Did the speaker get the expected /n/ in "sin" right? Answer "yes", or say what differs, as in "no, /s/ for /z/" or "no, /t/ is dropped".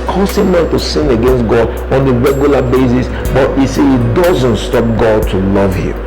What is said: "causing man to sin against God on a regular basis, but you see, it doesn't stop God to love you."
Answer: yes